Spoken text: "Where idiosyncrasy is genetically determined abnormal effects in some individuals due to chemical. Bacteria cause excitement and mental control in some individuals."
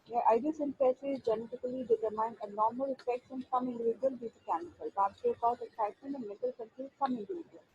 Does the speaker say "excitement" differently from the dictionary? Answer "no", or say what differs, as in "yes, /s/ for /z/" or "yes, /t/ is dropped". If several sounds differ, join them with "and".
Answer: yes, /m/ is dropped